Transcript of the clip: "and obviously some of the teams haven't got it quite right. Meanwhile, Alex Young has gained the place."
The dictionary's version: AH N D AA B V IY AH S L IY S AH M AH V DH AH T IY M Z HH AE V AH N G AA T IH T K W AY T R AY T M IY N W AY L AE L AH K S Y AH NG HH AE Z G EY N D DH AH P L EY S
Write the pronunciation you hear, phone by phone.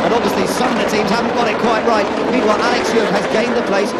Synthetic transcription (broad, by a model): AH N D AA B V IY AH S L IY S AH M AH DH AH T IY M Z HH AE V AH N G AA T IH T K W AY T R AY T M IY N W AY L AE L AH K S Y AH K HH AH Z G EY N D DH AH P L EY S